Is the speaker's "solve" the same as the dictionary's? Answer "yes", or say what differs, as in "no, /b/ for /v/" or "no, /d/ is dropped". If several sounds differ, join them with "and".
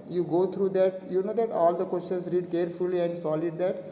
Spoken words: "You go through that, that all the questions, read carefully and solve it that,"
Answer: no, /v/ is dropped